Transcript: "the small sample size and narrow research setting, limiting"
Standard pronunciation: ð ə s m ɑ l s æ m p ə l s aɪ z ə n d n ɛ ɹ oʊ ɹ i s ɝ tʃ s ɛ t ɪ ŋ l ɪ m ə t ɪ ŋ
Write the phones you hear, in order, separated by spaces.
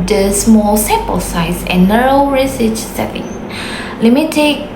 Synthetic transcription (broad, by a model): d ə s m ɑ l s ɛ p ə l s aɪ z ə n n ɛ ɹ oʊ ɹ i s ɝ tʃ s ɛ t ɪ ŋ l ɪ m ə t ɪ